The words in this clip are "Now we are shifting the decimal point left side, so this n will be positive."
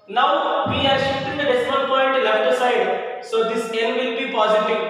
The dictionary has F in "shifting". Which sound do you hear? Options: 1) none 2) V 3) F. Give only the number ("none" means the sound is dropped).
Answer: 1